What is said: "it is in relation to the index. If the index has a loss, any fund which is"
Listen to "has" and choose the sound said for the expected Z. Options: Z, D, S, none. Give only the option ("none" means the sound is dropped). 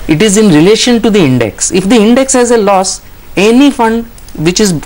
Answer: Z